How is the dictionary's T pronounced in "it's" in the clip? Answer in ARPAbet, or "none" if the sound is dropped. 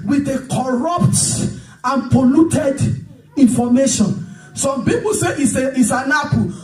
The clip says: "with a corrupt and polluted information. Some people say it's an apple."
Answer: S